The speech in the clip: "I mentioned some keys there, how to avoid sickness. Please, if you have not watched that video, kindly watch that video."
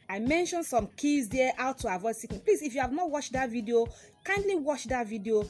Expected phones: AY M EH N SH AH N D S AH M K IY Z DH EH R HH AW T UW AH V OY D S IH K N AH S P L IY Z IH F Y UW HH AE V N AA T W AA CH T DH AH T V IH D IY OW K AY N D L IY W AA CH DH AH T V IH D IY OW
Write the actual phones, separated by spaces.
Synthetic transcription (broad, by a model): AY M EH N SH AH N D S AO M K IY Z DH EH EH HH AW T UW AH V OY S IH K AH P L IY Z IH F Y UW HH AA V N AA T W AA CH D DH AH T V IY D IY OW K AY N D L IY W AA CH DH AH T V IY D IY OW